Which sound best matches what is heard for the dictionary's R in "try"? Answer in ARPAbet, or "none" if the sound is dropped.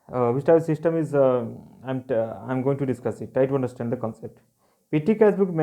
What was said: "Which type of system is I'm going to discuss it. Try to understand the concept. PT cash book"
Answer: none